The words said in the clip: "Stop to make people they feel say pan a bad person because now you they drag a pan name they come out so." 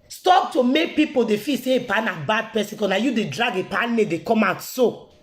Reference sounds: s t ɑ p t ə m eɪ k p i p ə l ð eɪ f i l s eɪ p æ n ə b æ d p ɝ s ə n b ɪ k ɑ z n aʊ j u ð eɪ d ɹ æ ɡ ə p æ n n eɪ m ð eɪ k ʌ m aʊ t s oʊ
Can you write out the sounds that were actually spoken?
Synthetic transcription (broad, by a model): s t ɑ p t ə m eɪ k p i p ə l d eɪ f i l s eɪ p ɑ n ə b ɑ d p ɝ s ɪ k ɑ n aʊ j u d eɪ d ɹ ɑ ɡ ə p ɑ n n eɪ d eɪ k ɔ m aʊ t s oʊ